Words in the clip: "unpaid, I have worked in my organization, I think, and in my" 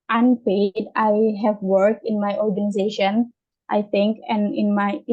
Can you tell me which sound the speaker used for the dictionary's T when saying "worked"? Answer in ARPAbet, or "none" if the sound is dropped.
none